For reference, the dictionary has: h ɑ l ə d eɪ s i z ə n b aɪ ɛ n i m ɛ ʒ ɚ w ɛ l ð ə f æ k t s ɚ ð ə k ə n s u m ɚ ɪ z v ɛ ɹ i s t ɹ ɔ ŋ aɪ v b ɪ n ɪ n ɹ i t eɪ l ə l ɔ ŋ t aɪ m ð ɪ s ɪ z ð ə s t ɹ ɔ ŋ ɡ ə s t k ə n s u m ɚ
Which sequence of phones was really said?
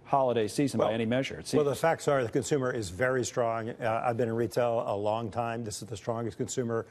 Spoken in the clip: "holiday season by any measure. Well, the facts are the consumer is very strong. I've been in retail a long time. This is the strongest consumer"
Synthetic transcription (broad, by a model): h ɑ l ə d eɪ s i z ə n b aɪ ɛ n i m ɛ ʒ ɚ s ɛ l ð ə f æ k t s ɚ ð ə k ə n s u m ɚ ɪ z v ɛ ɹ i s t ɹ ɔ ŋ aɪ v b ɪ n ɪ n ɹ i t eɪ l ə l ɔ ŋ t aɪ m ð ɪ s ɪ z ð ə s t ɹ ɔ ŋ ɡ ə s k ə n s u m ɚ